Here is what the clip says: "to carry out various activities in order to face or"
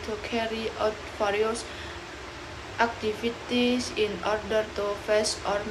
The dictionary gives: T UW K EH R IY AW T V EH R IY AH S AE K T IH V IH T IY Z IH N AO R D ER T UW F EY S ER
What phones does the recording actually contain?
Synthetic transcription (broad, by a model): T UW K EH R IY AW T F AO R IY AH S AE K T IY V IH T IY S IH N AO R D ER T UW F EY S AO